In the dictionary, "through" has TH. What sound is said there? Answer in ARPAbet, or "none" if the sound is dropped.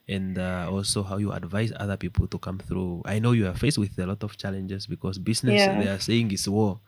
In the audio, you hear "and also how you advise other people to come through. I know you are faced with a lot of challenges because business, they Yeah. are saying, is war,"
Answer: TH